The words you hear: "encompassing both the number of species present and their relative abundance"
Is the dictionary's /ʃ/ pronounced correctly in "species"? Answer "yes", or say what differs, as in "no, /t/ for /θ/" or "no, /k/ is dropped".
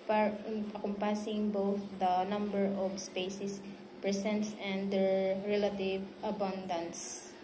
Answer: no, /s/ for /ʃ/